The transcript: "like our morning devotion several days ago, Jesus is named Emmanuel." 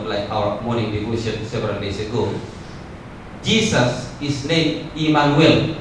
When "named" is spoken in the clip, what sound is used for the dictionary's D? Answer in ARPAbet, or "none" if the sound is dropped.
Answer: none